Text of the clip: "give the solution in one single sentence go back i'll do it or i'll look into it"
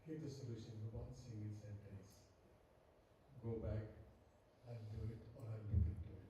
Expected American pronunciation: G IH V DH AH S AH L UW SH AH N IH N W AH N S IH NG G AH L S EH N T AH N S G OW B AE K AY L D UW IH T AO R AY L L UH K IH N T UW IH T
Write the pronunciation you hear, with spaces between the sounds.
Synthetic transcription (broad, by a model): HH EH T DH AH S AH L UW SH AH N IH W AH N S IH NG G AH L S EH N T AH N S G OW B AE K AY N D UW IH T AO R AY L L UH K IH T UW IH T